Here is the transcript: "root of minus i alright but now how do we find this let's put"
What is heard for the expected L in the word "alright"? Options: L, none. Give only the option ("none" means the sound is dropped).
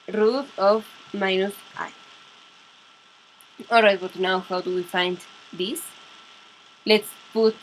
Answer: none